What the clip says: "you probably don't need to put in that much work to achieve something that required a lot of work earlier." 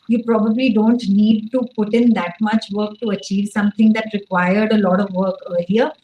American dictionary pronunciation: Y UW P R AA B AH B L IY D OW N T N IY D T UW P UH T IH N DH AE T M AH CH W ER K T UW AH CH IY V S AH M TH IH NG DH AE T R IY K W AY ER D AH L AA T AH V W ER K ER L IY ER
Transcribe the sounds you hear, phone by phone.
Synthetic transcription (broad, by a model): Y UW P R AA B AH B L IY D OW N T N IY D T UW P UH T IH N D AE T M AH CH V ER K T UW AH CH IY V S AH M T IH NG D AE T R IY K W AY ER D AH L AA T AH V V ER K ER L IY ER